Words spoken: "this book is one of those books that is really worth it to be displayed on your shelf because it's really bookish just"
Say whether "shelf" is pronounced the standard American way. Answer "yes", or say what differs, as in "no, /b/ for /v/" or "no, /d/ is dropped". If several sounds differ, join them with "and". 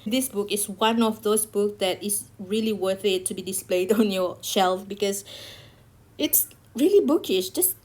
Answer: yes